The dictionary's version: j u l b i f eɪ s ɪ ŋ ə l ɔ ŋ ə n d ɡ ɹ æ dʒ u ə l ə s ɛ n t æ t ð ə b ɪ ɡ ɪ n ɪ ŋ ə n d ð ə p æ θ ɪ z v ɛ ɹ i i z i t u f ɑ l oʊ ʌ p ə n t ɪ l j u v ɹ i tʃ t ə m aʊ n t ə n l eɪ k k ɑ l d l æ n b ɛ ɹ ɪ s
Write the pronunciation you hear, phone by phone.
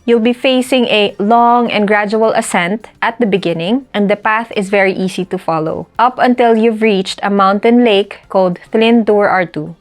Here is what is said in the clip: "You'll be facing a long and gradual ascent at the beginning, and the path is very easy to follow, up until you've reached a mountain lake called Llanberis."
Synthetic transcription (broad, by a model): j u l b i f eɪ s ɪ ŋ ə l ɔ ŋ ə n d ɡ ɹ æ dʒ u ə l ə s ɛ n t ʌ t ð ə b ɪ ɡ ɪ n ɪ ŋ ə n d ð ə p æ θ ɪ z v ɛ ɹ i i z i t u f ɑ l oʊ ʌ p ə n t ɪ l j u v ɹ i tʃ t ə m aʊ n t ə n l eɪ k k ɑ l d l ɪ n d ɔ ɹ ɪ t